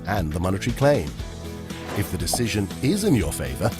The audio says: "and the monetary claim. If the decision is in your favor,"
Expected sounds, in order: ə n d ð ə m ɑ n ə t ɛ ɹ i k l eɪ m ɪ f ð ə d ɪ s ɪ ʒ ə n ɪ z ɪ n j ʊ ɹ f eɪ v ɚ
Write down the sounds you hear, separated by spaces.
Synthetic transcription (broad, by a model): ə n ð ə m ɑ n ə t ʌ ɹ i k l eɪ m ɪ f ð ə d ɪ s ɪ ʒ ə n ɪ z ɪ n j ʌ ɹ f eɪ v ɚ